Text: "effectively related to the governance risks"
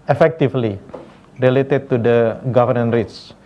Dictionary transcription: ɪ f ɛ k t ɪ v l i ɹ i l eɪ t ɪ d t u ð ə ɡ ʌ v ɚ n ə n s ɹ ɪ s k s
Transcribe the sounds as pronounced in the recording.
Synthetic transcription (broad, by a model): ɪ f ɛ k t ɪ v l i ɹ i l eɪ t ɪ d t u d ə ɡ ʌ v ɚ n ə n ɹ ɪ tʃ